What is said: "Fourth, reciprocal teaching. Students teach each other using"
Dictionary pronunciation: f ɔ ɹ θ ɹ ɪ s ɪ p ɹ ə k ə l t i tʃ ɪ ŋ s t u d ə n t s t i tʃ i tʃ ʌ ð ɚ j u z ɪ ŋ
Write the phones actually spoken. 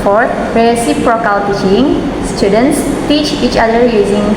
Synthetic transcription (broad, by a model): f ɔ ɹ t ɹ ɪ s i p ɹ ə k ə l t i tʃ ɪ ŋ s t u d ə n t s t i tʃ i tʃ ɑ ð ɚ j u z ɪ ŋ